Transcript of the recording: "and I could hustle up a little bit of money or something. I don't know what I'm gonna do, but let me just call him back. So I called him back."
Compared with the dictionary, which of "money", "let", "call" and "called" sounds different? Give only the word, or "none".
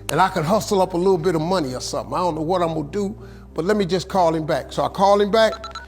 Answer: called